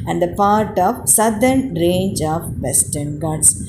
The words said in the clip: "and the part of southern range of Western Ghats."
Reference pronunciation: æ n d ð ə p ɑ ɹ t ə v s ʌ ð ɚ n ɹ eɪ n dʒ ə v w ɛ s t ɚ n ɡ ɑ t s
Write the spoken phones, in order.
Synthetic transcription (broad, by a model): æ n d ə p ɑ ɹ t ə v s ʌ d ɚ n ɹ eɪ n dʒ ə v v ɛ s t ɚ n ɡ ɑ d s